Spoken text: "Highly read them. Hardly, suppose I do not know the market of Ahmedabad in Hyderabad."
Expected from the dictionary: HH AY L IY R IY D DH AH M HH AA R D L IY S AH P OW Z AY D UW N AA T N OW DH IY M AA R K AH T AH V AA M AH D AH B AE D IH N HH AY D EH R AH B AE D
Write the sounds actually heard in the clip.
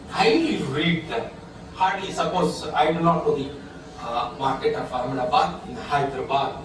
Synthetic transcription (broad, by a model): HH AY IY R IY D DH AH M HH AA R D IY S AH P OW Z AY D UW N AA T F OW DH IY M AA R K AH T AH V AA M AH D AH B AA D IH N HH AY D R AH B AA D